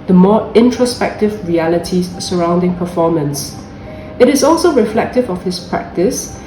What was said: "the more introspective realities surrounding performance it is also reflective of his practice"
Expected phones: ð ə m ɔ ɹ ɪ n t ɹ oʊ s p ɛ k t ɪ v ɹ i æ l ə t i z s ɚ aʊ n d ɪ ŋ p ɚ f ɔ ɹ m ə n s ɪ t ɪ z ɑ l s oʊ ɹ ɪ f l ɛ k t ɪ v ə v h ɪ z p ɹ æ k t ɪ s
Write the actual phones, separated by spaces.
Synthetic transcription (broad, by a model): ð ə m ɔ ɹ ɪ n t ɹ oʊ s p ɛ k t ɪ v ɹ i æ l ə t i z s ɚ aʊ n d ɪ ŋ p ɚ f ɔ m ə n s ɪ t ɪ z ɑ l s oʊ ɹ ɪ f l ɛ k t ɪ v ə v h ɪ s p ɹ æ k t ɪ s